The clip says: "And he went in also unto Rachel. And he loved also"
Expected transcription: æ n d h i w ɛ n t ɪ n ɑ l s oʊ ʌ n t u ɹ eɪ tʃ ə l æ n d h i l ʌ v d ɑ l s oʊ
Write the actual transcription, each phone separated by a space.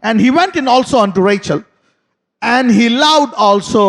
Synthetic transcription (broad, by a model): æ n d h i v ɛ n t ɪ n ɑ l s oʊ ʌ n t u ɹ eɪ tʃ ə l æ n d h i l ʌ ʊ d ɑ l s oʊ